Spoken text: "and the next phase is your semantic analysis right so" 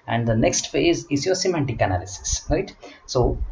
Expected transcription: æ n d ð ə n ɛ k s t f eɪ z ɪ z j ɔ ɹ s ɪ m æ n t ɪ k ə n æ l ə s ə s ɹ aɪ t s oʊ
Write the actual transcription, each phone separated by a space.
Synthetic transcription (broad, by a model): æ n d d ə n ɛ k s t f eɪ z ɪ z j ɔ ɹ s ɪ m æ n t ɪ k ə n æ l ə s ə s ɹ aɪ t s oʊ